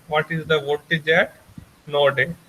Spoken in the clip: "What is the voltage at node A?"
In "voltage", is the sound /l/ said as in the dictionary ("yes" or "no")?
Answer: no